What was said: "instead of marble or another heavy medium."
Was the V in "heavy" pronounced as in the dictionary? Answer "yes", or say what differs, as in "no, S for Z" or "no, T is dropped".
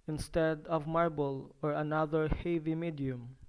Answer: yes